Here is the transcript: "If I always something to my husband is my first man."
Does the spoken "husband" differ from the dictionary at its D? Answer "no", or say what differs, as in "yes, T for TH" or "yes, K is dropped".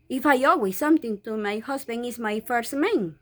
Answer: yes, D is dropped